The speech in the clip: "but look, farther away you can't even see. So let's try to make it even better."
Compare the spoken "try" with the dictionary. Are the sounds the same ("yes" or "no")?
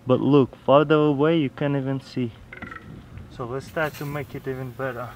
no